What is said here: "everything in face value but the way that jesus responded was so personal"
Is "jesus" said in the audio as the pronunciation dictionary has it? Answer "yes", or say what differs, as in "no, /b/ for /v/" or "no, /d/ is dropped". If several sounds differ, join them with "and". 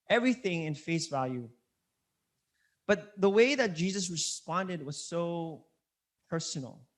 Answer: yes